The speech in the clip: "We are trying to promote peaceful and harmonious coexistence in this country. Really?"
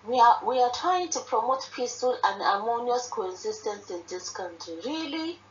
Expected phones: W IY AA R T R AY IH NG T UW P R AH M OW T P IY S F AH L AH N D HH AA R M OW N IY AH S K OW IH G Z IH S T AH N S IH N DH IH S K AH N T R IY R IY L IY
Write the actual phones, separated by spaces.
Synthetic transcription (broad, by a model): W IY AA W T R AY IH NG T UW P R AH M OW T P IY S F AH L AH N D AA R M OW N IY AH S K OW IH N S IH S T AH N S IH N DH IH S K AH N T R IY R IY L IY